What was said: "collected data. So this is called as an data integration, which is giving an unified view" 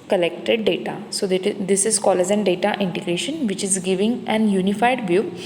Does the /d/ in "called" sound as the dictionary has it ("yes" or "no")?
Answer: no